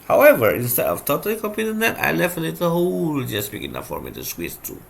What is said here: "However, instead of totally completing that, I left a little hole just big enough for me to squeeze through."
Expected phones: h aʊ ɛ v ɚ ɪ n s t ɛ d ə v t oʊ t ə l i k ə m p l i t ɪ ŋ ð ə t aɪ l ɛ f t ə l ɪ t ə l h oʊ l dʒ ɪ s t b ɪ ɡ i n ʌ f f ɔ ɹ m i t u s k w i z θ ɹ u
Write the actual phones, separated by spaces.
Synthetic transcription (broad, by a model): h aʊ ɛ v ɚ ɪ n s t ɛ d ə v t oʊ t ə l i k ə p i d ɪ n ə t aɪ l ɛ f t ə l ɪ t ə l h oʊ l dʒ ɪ s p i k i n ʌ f f ɔ ɹ m i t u s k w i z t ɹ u